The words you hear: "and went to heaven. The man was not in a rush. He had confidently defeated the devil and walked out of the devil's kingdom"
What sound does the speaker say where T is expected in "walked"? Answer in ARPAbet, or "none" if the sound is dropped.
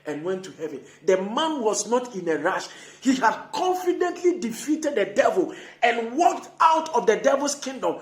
T